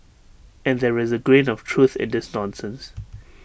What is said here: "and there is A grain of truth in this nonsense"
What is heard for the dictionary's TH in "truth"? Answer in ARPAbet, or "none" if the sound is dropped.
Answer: TH